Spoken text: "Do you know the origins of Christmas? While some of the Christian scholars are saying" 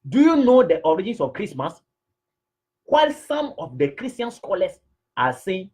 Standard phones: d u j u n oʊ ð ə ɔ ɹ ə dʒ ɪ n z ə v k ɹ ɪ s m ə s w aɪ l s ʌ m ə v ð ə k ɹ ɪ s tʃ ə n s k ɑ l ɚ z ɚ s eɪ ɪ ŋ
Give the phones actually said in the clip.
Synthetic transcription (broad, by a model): d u j u n oʊ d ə ɔ ɹ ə dʒ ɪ n s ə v k ɹ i s m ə s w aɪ l s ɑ m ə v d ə k ɹ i s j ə n s k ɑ l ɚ s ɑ s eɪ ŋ